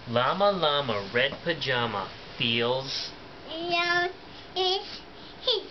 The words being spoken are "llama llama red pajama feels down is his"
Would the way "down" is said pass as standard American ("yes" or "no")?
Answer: no